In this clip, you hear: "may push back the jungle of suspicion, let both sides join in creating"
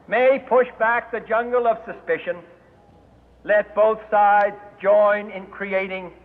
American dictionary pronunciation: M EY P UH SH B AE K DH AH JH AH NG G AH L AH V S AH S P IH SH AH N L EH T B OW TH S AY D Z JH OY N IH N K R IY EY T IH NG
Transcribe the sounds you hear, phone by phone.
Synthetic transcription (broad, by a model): M EY P UH SH B AE K DH AH JH AH NG G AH L AH V S AH S P IH SH AH N L EH T B OW TH S AY D Z JH OY N IH N K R IY EY T IH NG